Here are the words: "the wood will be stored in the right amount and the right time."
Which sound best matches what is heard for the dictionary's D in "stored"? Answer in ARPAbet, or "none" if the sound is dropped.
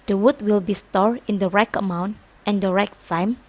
none